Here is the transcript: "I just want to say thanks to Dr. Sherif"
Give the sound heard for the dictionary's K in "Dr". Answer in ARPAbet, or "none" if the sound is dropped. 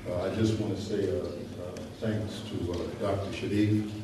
K